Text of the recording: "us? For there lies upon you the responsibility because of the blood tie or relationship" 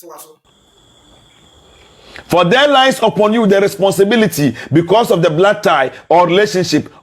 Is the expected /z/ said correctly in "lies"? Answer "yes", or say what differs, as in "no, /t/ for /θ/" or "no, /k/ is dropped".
no, /s/ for /z/